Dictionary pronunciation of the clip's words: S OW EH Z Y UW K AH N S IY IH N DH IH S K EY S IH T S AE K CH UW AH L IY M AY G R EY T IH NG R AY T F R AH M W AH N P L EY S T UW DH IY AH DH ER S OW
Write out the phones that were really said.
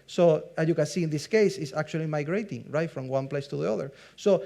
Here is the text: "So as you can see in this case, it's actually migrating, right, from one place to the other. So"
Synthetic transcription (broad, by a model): S OW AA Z Y UW K AH N S IY IH N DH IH S K EY S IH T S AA K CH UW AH L IY M AY G R EY T IH NG R AY T F R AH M W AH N P L EY S T UW DH IY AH DH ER S OW